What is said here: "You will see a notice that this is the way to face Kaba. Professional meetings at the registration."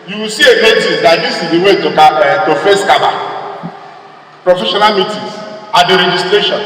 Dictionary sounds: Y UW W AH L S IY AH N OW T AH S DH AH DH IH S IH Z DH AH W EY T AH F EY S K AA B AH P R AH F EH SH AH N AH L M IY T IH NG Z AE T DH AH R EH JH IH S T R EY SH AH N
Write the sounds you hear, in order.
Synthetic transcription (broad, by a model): Y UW W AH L S IY AH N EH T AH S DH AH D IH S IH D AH W EY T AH F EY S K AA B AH P R AH F EH SH AH N AH L M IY T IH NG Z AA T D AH R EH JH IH S T R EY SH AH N